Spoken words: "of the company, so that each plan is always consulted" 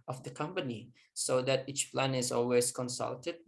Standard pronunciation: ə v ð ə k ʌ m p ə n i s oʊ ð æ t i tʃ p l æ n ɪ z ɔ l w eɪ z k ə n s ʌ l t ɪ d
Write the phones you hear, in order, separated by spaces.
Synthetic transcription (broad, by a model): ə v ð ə k ʌ m p ə n i s oʊ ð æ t i tʃ p l æ n ɪ z ɔ l w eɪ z k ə n s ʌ l t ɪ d